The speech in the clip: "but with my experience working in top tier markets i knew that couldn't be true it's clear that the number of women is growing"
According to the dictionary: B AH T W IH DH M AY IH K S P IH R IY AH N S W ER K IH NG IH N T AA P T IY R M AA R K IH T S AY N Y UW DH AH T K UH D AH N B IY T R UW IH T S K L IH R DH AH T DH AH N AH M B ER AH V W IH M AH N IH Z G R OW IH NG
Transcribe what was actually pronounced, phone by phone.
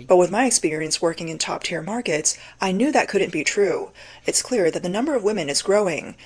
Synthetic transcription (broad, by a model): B AH T W IH DH M AY IH K S P IH R IY AH N S W ER K IH NG IH N T AA P T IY R M AA R K IH T S AY N Y UW DH AH T K UH D N B IY T R UW IH T S K L IH R DH AH T DH AH N AH M B ER AH V W IH M AH N IH Z G R OW IH NG